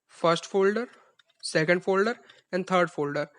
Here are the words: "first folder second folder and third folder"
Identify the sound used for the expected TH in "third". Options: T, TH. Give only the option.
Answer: T